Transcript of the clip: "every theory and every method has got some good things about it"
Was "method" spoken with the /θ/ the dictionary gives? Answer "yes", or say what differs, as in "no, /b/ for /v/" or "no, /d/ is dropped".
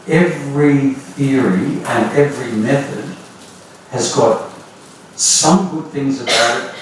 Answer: yes